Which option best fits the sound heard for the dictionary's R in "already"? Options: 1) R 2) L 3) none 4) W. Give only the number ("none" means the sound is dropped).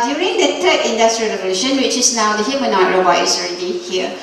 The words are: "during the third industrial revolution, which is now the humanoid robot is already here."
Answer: 1